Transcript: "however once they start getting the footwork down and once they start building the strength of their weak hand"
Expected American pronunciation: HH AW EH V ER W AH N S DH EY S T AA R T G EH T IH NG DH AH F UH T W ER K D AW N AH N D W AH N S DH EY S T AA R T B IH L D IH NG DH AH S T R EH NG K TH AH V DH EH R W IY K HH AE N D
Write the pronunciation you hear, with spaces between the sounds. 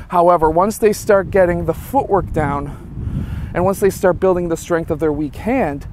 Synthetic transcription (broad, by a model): HH AW EH V ER W AH N S DH EY S T AA R T G EH T IH NG DH AH F UH T W ER K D AW N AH N W AH N S DH EY S T AA R T B IH L D IH NG DH AH S T R EH NG K TH AH V DH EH R W IY K HH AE N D